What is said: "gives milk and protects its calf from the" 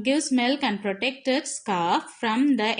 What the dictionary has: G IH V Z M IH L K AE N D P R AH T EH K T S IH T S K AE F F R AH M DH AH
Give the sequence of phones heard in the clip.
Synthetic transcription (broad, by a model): G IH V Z M IH L K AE N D P R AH T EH K T IH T S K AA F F R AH M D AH